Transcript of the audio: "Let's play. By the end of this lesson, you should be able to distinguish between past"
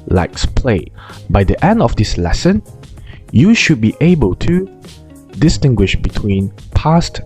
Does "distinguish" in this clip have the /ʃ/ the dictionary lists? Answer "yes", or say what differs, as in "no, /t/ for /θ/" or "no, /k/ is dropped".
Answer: yes